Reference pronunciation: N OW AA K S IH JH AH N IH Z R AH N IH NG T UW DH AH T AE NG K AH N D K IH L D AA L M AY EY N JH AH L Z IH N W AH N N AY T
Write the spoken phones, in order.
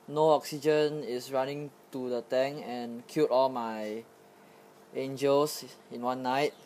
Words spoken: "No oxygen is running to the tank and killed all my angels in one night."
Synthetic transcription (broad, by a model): N OW AA K S IH JH AH N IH S R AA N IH NG T UW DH AH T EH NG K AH N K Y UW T AA L M AY EY N JH AH L S IH N W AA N N AY T